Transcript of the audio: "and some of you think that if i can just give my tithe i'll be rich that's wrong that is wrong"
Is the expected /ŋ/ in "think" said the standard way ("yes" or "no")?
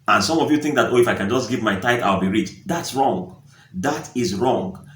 yes